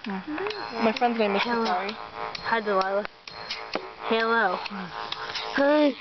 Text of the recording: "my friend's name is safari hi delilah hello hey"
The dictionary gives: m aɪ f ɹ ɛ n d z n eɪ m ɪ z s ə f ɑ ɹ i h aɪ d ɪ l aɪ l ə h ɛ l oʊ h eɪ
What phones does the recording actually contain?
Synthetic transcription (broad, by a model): m aɪ f ɹ ɛ n d z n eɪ ɪ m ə ɑ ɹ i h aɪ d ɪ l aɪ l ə h ɛ l oʊ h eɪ